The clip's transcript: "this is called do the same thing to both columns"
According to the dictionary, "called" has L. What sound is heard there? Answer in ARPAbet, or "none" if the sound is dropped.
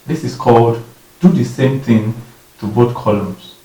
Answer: L